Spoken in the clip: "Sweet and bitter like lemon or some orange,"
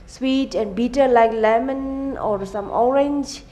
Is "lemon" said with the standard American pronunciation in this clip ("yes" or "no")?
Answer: yes